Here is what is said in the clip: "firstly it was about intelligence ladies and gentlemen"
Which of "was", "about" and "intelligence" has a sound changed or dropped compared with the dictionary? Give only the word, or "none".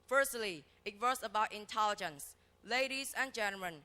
was